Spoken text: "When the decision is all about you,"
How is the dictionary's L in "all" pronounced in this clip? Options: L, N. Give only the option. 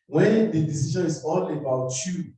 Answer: N